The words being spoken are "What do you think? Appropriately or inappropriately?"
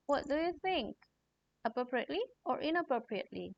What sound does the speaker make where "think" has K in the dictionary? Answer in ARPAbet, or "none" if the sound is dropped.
K